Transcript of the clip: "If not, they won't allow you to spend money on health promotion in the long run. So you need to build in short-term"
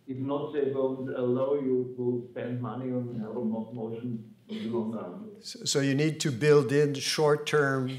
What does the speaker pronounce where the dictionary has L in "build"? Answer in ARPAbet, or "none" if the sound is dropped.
L